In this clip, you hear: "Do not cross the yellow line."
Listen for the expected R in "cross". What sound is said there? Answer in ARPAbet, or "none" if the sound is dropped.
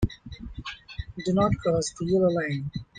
none